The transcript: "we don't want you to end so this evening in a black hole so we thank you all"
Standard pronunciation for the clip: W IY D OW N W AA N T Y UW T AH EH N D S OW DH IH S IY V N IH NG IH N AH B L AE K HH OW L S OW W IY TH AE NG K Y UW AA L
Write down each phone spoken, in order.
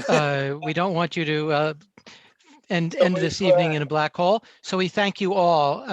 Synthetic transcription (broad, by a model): W IY D OW N W AA N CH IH T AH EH N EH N DH IH S IY V N IH NG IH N AH B L AE K HH OW L S OW W IY TH AE NG K Y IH AA L